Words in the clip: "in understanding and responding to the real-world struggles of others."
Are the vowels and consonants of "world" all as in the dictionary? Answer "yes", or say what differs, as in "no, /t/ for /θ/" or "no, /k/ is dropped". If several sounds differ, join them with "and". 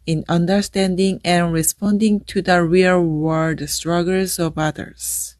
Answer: no, /l/ is dropped